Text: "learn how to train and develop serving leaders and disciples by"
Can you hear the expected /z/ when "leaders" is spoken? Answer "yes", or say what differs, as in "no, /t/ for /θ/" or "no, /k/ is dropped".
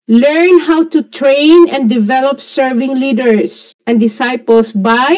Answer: no, /s/ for /z/